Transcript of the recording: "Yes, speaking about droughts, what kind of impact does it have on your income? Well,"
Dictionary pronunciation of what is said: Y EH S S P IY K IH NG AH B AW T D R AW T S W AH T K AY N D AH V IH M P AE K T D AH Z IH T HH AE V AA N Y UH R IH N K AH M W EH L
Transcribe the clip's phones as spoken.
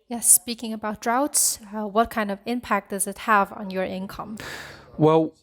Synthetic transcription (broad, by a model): Y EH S S P IY K IH NG AH B AW T D R AW T S W AH T K AY N D AH V IH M P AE K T D AH Z IH T HH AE V N Y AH R IH N K AH M W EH L